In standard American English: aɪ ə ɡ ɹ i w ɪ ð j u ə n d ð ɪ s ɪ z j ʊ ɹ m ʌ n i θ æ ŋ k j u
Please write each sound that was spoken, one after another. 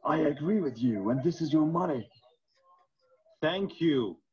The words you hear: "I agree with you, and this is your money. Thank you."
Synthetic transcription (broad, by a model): aɪ ə ɡ ɹ i w ɪ ð j u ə n ð ɪ s ɪ z j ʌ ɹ m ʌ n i θ æ ŋ k j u